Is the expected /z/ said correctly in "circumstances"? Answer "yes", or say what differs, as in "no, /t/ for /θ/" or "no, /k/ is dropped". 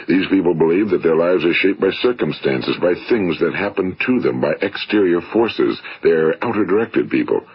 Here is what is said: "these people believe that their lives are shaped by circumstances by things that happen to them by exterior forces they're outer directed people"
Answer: yes